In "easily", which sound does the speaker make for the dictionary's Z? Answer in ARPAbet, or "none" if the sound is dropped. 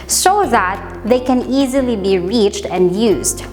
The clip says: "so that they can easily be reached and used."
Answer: Z